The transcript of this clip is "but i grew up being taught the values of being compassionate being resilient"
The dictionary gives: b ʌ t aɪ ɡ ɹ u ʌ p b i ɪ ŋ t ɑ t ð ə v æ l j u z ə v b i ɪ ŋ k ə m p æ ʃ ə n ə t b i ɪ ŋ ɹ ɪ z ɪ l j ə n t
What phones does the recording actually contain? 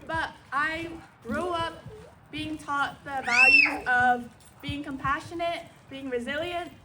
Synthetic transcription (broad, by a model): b ʌ t aɪ ɡ ɹ u ʌ p b i ɪ ŋ t ɑ t ð ə v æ l j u ə v b i ɪ ŋ k ə m p æ ʃ ə n ə t b i ɪ ŋ ɹ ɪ z ɪ l j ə n t